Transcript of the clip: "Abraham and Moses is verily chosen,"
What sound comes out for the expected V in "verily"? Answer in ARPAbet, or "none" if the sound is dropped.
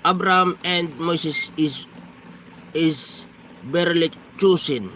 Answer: B